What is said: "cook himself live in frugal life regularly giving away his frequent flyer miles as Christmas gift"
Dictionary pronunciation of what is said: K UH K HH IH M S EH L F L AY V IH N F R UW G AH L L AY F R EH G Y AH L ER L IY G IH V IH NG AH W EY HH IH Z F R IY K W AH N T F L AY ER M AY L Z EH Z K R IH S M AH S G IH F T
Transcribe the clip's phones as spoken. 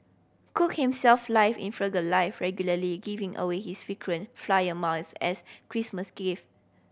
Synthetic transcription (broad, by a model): K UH K HH IH M S EH L F L AY F IH N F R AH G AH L L AY F R EH G Y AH L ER L IY G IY V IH NG AH W EY HH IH S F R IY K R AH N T F L AY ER M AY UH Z EH S K R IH S M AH S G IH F